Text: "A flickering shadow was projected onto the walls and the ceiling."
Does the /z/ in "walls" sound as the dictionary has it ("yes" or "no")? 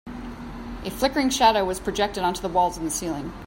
yes